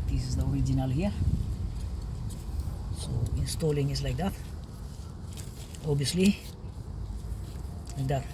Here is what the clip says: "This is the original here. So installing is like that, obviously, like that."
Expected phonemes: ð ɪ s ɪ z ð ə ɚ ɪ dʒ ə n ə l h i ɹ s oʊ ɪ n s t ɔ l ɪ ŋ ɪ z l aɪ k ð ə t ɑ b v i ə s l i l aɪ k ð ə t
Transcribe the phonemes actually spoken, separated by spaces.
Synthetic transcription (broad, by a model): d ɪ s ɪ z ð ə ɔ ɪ dʒ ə n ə l h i ɹ s oʊ ɪ n s t ɔ l ɪ ŋ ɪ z l aɪ k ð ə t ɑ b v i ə s l i l aɪ k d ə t